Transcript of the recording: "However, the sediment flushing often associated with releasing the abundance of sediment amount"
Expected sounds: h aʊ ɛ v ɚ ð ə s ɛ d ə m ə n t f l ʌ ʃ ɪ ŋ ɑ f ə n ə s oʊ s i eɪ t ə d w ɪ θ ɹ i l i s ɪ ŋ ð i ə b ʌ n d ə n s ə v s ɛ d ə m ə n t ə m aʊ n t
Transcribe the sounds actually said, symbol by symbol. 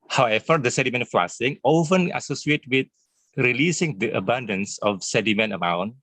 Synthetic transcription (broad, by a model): h aʊ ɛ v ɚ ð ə s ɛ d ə m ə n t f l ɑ s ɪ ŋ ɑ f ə n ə s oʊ s i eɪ t w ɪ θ ɹ i l i s ɪ ŋ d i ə b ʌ n d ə n s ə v s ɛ d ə m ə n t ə m aʊ n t